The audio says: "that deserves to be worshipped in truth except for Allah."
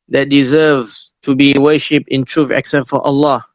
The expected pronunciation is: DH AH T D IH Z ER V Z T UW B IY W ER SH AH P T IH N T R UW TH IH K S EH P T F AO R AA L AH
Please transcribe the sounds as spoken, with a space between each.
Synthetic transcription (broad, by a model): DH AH T D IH Z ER V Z T UW B IY W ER SH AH P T IH N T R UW F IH K S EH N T F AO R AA L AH